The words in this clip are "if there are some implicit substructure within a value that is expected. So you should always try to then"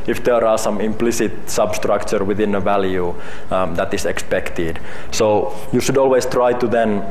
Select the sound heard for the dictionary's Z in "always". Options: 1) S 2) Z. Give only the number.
1